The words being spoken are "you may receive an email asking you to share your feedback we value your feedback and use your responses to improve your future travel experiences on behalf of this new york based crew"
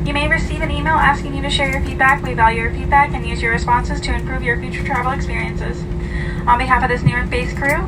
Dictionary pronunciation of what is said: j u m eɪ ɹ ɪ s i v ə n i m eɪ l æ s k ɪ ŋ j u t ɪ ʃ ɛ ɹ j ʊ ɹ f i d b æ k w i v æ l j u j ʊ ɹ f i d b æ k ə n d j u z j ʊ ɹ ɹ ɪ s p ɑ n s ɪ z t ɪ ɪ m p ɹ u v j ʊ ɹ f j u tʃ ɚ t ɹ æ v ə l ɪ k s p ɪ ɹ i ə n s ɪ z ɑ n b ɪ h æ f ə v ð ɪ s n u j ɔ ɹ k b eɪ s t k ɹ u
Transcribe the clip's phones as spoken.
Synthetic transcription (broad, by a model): j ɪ m eɪ ɹ ɪ s i v ə n i m eɪ l æ s k ɪ ŋ j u t ɪ ʃ ɛ ɹ j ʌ ɹ f i d b æ k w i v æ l j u ɹ f i d b æ k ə n j u z j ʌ ɹ ɹ ɪ s p ɑ n s ɪ z t ɪ ɪ m p ɹ u v j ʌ ɹ f j u tʃ ɚ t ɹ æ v l ɪ k s p ɪ ɹ i ə n s ɪ z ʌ n b ɪ h æ f ə v ð ɪ s n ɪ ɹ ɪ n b eɪ s k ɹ u